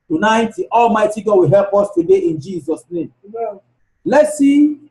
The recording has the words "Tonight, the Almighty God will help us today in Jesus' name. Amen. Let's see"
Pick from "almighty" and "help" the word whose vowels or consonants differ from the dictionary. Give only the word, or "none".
none